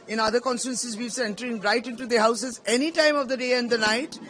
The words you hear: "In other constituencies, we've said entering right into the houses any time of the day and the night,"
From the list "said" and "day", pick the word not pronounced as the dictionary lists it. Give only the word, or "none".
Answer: said